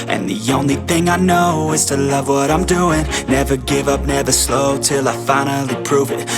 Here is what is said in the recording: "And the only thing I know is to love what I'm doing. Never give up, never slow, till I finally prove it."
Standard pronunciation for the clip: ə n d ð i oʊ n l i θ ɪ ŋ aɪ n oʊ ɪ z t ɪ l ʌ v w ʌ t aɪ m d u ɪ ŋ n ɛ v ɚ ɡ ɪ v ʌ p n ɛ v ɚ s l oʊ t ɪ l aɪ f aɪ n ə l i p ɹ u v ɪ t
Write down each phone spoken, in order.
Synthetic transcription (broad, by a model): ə n ð i oʊ n l i θ ɪ ŋ aɪ n oʊ ɪ z t ɪ l ʌ v w ʌ t aɪ m d u ɪ ŋ n ɛ v ɚ ɡ ɪ v ʌ p n ɛ v ɚ s l oʊ t ɪ l aɪ f aɪ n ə l i p ɹ u v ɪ t